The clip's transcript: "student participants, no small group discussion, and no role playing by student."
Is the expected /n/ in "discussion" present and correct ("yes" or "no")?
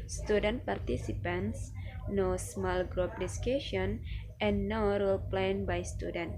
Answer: no